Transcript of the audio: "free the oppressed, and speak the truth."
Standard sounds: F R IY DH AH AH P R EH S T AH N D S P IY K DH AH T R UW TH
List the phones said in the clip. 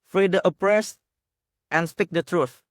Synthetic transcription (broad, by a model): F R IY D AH AH P R EH S T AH N S P IY K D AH T R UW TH